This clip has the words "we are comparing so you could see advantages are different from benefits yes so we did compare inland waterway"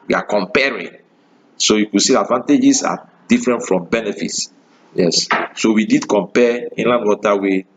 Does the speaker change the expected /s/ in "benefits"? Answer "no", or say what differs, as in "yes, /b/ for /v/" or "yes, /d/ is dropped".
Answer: no